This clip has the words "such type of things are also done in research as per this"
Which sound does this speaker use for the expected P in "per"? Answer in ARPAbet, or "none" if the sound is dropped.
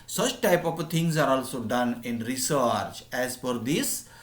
F